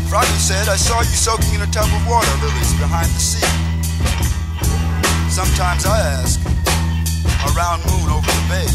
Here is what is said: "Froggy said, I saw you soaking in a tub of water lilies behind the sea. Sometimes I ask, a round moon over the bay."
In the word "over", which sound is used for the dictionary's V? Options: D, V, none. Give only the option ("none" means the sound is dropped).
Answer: V